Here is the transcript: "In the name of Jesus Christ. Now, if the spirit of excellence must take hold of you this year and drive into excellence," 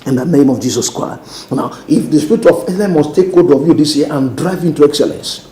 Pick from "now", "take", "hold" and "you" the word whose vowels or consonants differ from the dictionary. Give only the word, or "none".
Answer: hold